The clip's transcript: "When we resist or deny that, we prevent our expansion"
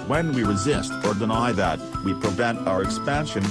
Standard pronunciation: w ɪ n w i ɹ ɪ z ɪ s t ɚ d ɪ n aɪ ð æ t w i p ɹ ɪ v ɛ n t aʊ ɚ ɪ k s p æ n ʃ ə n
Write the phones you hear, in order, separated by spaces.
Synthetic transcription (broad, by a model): w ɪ n w i ɹ ɪ z ɪ s t ɚ d ɪ n aɪ ð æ t w i p ɹ ɪ v ɛ n t aʊ ɚ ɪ k s p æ n ʃ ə n